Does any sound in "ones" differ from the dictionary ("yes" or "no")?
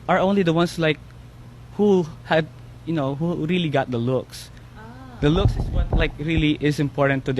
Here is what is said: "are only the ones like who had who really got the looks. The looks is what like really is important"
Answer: yes